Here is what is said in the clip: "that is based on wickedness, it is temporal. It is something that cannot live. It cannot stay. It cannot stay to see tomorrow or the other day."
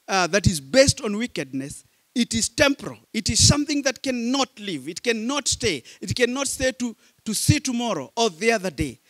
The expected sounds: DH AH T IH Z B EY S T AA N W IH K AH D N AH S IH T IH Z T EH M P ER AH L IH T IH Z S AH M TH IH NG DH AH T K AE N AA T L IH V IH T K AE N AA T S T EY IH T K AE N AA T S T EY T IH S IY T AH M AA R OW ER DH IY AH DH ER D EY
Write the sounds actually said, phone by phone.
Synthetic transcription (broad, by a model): DH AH T IH Z B EY S T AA N W IH K AH D N AH S IH T IH Z T EH M P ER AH L IH T IH Z S AH M TH IH NG DH AH T K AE N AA T L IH V IH T K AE N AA T S T EY IH T K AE N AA T S T EY T IH S IY T AH M AA R OW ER DH IY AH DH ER D EY